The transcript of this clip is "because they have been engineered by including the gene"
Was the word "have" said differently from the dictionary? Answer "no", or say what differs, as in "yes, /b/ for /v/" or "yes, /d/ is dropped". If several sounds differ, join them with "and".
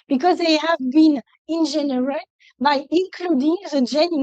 no